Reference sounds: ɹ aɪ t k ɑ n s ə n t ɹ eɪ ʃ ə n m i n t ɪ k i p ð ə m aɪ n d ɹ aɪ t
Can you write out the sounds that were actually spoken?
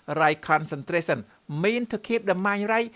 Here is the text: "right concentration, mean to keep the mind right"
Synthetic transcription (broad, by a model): ɹ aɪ k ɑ n s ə n t ɹ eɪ s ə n m i n t ɪ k i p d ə m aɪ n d ɹ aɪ